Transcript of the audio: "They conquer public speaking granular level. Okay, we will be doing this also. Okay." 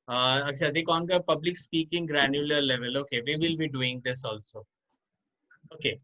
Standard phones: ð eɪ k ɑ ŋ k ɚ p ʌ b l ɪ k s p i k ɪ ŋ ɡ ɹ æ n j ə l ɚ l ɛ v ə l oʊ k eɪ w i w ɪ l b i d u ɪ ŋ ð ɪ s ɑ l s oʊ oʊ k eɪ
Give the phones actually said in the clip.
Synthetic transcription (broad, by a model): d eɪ k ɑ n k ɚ p ʌ b l ɪ k s p i k ɪ ŋ ɡ ɹ æ n j ə l ɚ l ɛ v ə l oʊ k eɪ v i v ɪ l b i d u ɪ ŋ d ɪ s ɑ l s oʊ oʊ k eɪ